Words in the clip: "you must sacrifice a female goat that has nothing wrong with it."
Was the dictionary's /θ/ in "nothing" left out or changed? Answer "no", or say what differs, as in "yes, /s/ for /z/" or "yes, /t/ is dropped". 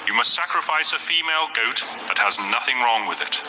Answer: no